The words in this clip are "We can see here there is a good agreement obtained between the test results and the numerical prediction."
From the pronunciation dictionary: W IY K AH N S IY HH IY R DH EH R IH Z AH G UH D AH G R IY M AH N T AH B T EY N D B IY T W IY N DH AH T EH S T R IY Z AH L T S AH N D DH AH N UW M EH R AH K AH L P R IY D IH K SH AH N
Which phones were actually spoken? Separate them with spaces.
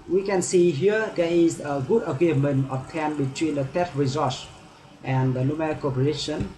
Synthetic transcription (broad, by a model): W IY K AH N S IY HH IY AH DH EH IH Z AH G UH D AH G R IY M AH N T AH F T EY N B IY T W IY N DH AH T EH T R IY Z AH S T AH N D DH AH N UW M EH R K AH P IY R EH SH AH N